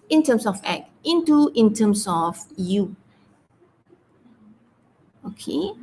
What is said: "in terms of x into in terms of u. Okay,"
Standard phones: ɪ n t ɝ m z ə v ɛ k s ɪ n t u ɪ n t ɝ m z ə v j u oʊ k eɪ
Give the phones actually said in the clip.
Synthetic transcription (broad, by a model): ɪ n t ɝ m s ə f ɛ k ɪ n t u ɪ n t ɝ m s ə f j u oʊ k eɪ